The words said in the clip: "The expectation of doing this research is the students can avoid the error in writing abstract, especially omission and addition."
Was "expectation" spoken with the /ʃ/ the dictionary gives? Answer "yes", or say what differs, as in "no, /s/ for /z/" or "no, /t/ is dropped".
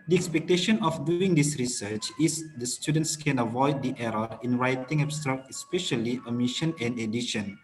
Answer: yes